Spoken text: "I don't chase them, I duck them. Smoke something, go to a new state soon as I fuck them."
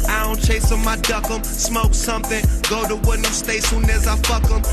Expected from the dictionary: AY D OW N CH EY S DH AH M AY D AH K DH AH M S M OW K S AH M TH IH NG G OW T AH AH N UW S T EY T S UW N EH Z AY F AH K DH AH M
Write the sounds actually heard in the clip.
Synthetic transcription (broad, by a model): AY D OW N CH EY S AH M AY D AH K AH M S M OW K S AH M TH IH NG G OW T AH AH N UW S T EY S UW N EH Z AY F AH K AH M